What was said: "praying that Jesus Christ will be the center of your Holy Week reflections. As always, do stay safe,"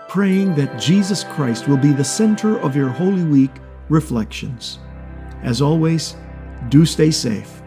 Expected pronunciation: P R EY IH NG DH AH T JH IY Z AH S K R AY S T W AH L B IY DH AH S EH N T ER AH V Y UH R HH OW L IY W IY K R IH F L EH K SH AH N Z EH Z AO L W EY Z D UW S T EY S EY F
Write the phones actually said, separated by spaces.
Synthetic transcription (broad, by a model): P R EY IH NG DH AH T JH IY Z AH S K R AY S T W AH L B IY DH AH S EH N T ER AH V Y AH R HH OW L IY W IY K R IH F L EH K SH AH N Z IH Z AO L W EY Z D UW S T EY S EY F